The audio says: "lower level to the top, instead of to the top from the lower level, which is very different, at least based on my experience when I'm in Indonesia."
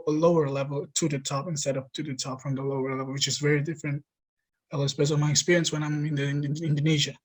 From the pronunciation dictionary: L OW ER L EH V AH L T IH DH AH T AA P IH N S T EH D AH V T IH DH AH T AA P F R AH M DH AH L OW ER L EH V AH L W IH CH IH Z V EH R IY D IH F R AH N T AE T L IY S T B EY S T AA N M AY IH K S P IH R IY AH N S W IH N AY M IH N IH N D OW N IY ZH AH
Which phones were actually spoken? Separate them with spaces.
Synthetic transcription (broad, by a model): L OW ER L EH V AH L T IH DH AH T AA P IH N S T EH D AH P T IH DH AH T AA P F R AH M DH AH L OW ER L EH V L W IH CH IH Z V EH R IY D IH F R AH N T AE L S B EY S AA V M AY IH K S P IH R IY AH N S W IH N AY M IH N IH N D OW N IY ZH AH